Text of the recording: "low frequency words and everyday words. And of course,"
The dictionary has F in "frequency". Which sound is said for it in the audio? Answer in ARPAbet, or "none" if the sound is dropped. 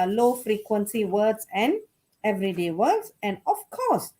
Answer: F